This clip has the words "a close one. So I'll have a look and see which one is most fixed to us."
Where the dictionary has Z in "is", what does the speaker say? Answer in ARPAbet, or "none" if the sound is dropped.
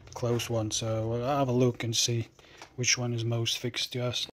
Z